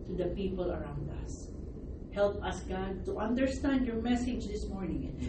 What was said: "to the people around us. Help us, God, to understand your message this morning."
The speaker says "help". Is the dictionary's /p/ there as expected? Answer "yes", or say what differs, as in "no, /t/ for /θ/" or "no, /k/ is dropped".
yes